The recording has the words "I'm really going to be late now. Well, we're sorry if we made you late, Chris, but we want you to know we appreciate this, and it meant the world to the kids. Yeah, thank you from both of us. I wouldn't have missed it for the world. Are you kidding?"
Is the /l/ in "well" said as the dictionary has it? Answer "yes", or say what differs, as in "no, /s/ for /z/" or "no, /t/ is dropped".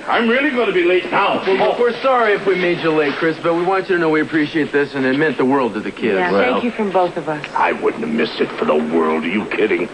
no, /w/ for /l/